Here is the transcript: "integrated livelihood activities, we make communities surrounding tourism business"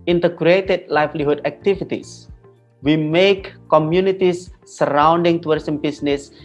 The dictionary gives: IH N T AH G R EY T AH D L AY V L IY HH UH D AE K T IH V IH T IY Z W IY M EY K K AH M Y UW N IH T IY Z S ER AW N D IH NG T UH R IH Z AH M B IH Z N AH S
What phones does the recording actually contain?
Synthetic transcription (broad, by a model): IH N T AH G R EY T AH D L AY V L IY HH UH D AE K T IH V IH T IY S W IY M EY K K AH M Y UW N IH T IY S ER AW N D IH NG T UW W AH S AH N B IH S N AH S